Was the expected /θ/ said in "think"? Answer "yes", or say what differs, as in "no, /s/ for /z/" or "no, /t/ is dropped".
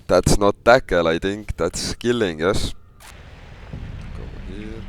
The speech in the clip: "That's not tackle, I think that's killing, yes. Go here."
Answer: no, /t/ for /θ/